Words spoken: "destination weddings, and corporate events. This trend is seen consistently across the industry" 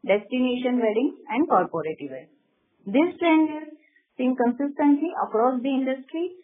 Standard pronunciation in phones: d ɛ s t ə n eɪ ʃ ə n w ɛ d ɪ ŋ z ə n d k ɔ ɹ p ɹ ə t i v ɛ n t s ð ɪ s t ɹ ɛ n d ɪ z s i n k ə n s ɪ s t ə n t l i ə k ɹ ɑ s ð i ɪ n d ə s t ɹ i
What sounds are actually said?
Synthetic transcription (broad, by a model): d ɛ s t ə n eɪ ʃ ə n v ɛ d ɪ ŋ ə n d k ɔ ɹ p ɹ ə t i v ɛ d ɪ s t ɹ ɛ n d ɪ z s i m k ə n s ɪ s t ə n t l i ə k ɹ ɑ s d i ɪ n d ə s t ɹ i